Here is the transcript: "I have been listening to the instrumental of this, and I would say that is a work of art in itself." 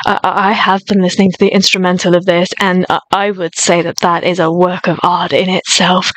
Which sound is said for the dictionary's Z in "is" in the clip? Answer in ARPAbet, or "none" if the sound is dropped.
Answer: Z